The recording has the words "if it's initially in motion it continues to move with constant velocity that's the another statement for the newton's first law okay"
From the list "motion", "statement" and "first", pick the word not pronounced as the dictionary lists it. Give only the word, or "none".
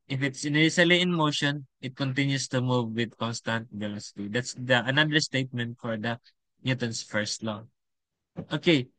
none